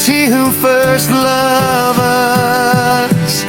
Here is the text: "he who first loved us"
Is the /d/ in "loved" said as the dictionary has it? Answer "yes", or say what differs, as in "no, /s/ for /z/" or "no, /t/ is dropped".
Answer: no, /d/ is dropped